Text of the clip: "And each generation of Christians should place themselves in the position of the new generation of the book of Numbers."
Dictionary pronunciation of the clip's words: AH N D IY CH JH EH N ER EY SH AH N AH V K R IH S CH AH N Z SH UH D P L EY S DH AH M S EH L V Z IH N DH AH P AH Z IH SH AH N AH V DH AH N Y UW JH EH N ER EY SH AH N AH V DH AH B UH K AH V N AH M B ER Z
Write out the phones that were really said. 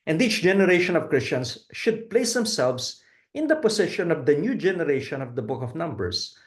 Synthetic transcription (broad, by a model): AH N D IY CH JH EH N ER EY SH AH N AH V K R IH S CH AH N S SH UH D P L EY S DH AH M S EH L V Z IH N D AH P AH S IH SH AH N AH V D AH N Y UW JH EH N ER EY SH AH N AH V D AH B UH K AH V N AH M B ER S